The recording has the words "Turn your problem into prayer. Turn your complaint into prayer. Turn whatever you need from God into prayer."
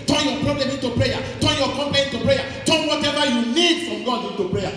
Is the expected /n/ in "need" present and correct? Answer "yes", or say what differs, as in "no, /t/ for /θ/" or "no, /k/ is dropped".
no, /l/ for /n/